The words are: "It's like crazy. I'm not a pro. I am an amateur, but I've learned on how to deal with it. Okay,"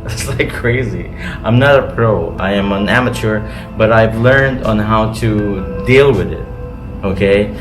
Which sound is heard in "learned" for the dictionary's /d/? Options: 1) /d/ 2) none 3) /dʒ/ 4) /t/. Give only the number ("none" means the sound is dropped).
1